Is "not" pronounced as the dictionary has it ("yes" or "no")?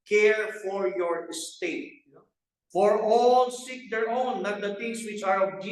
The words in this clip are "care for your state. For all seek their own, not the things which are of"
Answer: no